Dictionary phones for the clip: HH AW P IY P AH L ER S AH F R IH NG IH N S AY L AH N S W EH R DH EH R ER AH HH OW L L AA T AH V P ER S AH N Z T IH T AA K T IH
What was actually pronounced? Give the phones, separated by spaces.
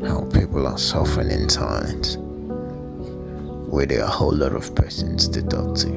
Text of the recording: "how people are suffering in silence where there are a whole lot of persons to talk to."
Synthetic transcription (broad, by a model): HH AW P IY P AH L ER S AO F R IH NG IH N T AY AH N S W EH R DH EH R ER AH HH OW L L AA T AH V P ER S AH N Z T IH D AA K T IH